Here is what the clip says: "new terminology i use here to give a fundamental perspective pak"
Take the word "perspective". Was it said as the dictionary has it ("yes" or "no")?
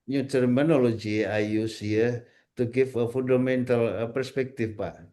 no